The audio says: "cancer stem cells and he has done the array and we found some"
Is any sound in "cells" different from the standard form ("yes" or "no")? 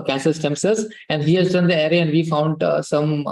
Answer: yes